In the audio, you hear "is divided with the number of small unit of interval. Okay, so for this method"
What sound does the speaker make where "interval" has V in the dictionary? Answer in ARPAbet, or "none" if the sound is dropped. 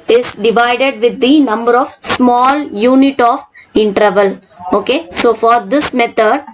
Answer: V